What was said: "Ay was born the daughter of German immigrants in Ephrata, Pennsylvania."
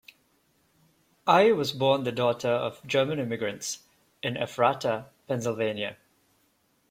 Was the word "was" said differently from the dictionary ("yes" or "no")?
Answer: no